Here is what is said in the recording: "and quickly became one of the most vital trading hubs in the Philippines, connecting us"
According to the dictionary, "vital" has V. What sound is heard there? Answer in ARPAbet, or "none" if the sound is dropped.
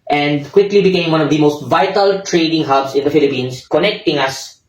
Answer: V